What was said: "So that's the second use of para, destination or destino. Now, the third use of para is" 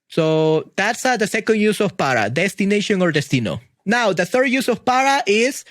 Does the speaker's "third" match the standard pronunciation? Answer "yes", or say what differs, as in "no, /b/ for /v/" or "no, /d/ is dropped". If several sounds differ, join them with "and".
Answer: yes